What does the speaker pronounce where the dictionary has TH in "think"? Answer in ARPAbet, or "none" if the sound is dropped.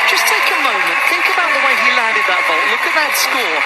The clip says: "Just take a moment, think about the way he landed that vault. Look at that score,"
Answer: TH